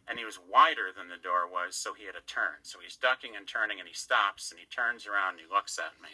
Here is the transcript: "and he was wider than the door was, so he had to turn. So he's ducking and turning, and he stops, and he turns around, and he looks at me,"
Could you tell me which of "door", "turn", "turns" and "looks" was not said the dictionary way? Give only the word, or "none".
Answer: none